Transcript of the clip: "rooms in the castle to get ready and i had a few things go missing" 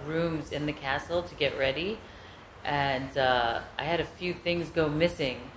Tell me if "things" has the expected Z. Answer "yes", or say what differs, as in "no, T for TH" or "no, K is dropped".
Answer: yes